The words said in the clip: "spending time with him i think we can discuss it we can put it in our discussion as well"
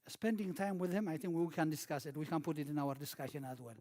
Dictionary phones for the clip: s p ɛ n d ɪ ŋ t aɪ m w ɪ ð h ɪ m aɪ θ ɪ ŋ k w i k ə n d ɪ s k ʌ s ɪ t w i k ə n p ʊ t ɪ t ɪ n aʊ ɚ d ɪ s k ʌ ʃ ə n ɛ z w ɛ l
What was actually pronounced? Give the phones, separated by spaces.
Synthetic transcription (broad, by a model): s p ɛ n d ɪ ŋ t aɪ m w ɪ ð h ɪ m aɪ θ ɪ ŋ k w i k ə n d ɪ s k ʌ s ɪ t w i k ə n p ʊ t ɪ t ɪ n aʊ ɚ d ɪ s k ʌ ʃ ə n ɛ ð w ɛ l